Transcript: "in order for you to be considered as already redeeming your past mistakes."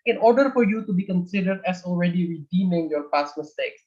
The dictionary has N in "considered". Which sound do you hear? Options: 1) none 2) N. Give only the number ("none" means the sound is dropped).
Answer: 2